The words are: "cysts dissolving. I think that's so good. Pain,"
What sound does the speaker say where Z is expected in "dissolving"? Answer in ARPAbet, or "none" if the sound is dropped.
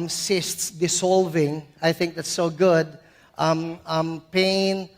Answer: S